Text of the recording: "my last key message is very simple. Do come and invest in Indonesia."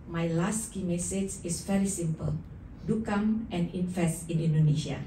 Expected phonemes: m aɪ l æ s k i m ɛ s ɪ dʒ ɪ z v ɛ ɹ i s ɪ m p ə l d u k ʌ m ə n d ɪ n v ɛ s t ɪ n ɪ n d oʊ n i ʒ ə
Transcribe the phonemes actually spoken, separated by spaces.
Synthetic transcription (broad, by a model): m aɪ l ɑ s k i m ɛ s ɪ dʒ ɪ s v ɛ ɹ i s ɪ m p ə l d u k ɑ m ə n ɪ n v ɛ s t ɪ n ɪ n d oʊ n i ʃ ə